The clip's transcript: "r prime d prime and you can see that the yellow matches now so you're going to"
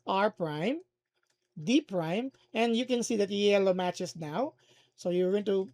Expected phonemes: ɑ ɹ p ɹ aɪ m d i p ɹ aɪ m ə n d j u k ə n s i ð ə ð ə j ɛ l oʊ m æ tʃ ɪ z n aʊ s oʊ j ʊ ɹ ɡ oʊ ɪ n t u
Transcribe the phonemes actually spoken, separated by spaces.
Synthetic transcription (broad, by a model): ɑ ɹ p ɹ aɪ m d i p ɹ aɪ m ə n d j u k ə n s i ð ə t j ɛ l oʊ m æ tʃ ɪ s n aʊ s oʊ j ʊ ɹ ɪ n t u